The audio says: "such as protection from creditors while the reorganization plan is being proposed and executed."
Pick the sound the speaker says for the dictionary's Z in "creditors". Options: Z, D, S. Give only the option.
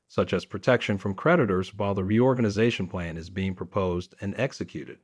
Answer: Z